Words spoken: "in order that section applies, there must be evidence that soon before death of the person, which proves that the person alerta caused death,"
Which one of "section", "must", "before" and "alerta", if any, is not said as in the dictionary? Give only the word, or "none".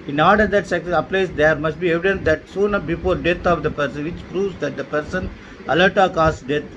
section